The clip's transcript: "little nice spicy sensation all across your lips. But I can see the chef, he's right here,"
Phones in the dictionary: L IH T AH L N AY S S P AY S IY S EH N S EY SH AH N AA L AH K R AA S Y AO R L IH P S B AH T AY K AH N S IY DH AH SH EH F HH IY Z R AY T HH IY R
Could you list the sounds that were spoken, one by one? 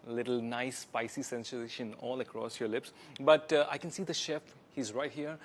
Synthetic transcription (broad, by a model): L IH T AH L N AY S S P AY S IY S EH N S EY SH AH N AA L AH K R AA S Y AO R L IH P S B AH T AY K AH N S IY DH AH SH EH F HH IY Z R AY T HH IY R